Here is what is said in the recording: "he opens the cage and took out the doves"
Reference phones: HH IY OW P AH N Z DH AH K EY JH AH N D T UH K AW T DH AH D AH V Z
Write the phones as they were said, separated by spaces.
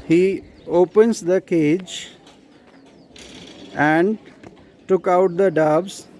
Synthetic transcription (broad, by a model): HH IY OW P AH N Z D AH K EY JH AH N D T UH K AW T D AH D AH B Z